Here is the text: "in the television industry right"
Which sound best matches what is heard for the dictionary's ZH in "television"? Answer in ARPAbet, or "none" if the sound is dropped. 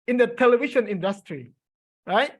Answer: SH